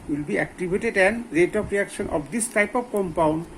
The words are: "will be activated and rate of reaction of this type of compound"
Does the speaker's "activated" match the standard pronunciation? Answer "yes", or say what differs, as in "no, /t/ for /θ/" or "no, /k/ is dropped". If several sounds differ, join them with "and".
no, /b/ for /v/